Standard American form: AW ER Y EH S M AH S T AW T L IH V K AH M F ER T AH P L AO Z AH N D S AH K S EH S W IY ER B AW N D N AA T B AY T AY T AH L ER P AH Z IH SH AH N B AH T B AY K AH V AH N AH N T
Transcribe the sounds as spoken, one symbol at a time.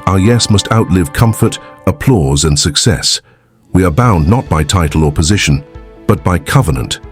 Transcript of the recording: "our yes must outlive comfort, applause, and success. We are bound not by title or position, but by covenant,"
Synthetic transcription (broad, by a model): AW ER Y EH S M AH S T AW T L IH V K AH M F ER T AH P L AO Z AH N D S AH K S EH S W IY ER B AW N N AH T B AY T AY T L ER P AH Z IH SH AH N B AH T B AY K AH V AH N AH N T